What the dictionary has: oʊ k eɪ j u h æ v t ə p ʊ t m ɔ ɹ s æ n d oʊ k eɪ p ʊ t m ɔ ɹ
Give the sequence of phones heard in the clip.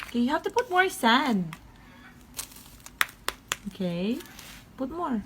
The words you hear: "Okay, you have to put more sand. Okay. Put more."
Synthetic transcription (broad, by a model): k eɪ j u h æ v t ə p ʊ t m ɔ ɹ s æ n oʊ k eɪ p ʊ t m ɔ ɹ